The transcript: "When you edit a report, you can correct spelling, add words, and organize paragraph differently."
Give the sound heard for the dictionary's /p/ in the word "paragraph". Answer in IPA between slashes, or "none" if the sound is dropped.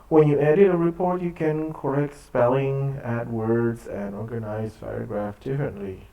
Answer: /f/